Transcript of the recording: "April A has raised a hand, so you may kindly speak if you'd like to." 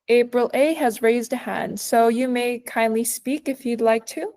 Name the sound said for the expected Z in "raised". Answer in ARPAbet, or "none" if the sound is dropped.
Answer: Z